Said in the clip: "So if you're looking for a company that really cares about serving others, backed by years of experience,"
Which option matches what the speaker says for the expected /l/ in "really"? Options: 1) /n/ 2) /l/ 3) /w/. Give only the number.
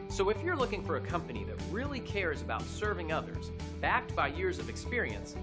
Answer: 2